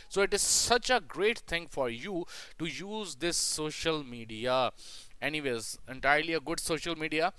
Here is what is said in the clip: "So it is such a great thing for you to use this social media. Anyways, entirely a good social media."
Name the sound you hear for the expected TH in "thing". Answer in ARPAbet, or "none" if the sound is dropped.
T